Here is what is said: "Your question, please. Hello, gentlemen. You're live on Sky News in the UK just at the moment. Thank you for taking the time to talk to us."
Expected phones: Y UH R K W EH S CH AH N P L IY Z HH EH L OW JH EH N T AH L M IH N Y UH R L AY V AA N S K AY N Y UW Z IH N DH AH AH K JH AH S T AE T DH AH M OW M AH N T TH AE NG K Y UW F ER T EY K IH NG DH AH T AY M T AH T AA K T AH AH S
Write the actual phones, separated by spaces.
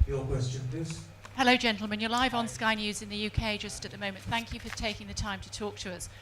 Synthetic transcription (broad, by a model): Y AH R K W EH S CH AH N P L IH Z HH EH L OW JH EH N T L M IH N Y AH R L AY V N S K AY N Y UW Z IH N DH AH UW K JH AH S T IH T DH AH M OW M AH N TH AE NG K Y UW F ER T EY K IH NG DH AH T AY M T AH T AA K T AH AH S